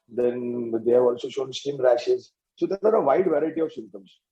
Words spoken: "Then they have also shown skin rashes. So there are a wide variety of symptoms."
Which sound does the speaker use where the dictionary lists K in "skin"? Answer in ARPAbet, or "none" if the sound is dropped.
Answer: none